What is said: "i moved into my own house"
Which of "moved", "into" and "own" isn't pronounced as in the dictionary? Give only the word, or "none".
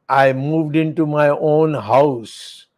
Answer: none